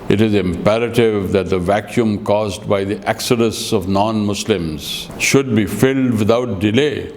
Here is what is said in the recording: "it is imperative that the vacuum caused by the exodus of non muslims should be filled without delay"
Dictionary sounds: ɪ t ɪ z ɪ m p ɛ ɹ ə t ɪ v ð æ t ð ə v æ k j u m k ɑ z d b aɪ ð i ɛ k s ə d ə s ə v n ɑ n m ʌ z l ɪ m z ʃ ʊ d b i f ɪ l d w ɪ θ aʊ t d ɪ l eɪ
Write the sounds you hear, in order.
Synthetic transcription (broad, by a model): ɪ t ɪ z ɪ m p ɛ ɹ ə t ɪ v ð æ t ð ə v æ k j u m k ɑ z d b aɪ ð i ɛ k s ə d ə s ə v n ɑ n m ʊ s l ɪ m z ʃ ʊ d b i f ɪ l d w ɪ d aʊ t d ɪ l eɪ